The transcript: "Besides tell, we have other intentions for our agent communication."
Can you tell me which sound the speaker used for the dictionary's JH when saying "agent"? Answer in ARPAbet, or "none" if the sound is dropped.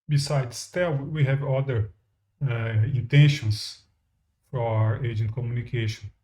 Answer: JH